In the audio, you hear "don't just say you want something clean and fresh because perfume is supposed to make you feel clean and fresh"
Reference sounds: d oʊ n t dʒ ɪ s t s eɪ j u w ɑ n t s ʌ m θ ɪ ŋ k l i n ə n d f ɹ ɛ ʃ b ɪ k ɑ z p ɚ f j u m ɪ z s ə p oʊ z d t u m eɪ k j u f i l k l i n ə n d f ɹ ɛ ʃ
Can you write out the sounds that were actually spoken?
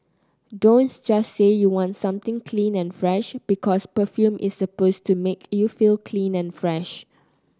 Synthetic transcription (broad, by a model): d oʊ n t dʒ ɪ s s eɪ j u w ɑ n t s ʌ m t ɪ ŋ k l i n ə n f ɹ ɛ ʃ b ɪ k ɑ s p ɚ f j u m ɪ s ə p oʊ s t u m eɪ k j u f i l k l i n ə n f ɹ ɛ ʃ